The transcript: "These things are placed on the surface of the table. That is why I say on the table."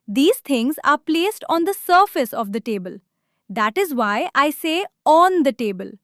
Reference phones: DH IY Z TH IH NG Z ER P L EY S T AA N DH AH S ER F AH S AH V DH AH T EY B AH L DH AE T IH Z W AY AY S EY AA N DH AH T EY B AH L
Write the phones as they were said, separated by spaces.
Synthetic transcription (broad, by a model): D IY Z T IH NG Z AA P L EY S T AA N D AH S ER F AH S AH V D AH T EY B AH L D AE T IH Z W AY AY S EY AA N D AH T EY B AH L